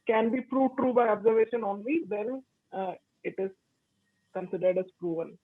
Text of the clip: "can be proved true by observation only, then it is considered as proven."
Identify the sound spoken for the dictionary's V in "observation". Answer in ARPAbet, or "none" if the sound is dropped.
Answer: V